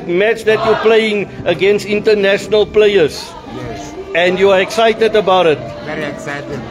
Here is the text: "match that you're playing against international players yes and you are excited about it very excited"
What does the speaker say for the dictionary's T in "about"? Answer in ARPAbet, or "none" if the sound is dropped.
none